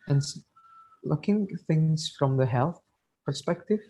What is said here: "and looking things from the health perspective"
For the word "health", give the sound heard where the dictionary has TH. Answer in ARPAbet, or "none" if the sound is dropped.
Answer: TH